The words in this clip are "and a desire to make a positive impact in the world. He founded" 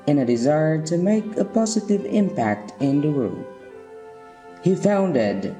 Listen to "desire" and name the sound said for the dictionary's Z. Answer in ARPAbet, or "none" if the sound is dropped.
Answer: Z